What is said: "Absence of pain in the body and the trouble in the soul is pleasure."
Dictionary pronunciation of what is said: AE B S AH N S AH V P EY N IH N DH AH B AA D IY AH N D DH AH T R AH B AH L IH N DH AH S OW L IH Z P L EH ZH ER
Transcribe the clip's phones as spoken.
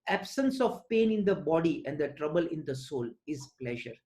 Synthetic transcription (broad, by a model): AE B S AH N S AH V P EY N IH N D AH B AA D IY AH N D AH T R AH B AH L IH N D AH S OW L IH Z P L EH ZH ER